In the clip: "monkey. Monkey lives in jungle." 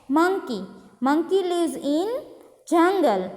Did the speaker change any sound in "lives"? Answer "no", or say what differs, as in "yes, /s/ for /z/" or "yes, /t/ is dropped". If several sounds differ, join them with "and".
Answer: yes, /v/ is dropped